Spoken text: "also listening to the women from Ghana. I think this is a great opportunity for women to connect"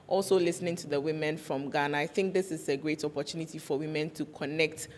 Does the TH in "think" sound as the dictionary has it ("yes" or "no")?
yes